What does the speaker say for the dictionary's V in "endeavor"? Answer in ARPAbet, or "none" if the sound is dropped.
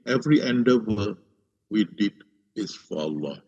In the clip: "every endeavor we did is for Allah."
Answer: W